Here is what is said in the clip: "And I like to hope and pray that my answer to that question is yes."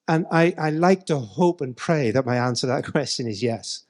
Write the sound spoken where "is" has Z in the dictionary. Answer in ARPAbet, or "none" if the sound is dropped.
Z